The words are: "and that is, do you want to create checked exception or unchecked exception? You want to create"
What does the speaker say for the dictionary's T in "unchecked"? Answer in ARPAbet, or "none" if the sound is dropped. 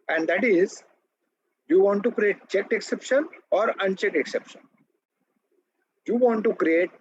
none